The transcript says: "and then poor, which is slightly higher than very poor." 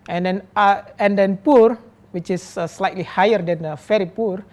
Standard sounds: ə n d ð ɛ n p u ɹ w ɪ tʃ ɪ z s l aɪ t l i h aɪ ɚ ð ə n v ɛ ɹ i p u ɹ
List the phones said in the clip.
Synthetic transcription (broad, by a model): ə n d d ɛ n p u ɹ w ɪ tʃ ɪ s s l aɪ t l i h aɪ ɚ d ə n f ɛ ɹ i p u ɹ